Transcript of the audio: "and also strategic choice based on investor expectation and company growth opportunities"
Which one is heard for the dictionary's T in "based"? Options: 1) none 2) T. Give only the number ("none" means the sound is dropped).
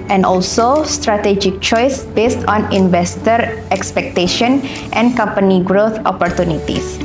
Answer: 2